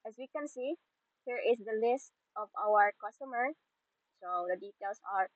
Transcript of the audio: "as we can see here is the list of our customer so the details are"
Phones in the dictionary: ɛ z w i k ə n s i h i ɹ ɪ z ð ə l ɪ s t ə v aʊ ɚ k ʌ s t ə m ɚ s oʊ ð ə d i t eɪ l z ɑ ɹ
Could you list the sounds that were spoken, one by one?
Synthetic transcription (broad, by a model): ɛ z w i k ə n s i h i ɹ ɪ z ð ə l ɪ s t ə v aʊ ɚ k ʌ s t ə m ɚ s oʊ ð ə d i t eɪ l s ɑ ɹ